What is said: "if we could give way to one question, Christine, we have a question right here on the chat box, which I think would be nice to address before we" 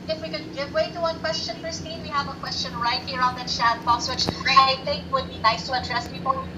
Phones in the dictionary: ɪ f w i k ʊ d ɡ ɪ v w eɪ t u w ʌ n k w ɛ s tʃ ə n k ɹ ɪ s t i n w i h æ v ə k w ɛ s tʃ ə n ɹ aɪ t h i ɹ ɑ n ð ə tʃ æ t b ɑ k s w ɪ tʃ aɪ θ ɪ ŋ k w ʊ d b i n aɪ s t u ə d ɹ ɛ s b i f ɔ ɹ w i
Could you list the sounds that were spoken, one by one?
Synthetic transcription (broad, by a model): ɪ f w i k ʊ d ɡ ɪ v w eɪ t u w ʌ n k w ɛ s tʃ ə n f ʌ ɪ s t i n w i h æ v ə k w ɛ s tʃ ə n ɹ aɪ t h i ɹ ɑ n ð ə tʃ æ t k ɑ s w ɪ tʃ aɪ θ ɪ ŋ k w ʊ d b i n aɪ s t u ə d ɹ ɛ s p i p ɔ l